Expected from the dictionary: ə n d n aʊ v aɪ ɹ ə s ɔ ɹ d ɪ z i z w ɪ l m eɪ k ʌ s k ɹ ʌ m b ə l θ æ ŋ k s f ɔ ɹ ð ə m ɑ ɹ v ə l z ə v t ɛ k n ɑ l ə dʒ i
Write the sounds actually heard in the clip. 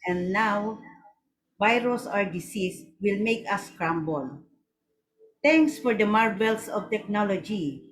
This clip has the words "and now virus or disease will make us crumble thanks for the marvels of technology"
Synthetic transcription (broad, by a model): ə n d n aʊ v aɪ ɹ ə s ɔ ɹ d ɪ s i s w ɪ l m eɪ k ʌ s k ɹ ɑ m b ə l t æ ŋ k s f ɔ ɹ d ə m ɑ ɹ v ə l s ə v t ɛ k n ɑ l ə dʒ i